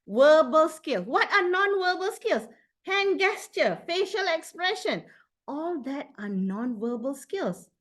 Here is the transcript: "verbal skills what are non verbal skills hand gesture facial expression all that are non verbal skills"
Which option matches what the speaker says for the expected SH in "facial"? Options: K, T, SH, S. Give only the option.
SH